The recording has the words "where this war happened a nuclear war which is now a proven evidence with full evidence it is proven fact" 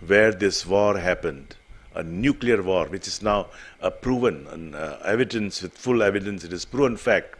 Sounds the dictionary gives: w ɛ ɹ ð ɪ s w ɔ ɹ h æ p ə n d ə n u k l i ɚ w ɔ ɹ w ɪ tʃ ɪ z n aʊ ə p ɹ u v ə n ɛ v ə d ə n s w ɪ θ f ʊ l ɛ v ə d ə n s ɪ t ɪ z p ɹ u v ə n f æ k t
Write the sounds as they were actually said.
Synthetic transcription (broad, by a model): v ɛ ɹ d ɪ s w ɔ ɹ h æ p ə n d ə n u k l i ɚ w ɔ ɹ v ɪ tʃ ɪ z n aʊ ə p ɹ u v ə n ɛ v ə d ə n s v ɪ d f ʊ l ɛ v ə d ə n s ɪ t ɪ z p ɹ u v ə n f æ k t